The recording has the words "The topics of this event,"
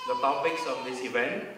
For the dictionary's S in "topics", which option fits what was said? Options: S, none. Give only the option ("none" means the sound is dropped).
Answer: S